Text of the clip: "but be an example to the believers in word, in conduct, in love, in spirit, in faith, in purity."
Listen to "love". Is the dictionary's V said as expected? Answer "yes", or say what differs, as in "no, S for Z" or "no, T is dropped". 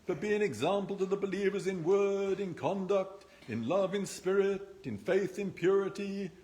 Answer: yes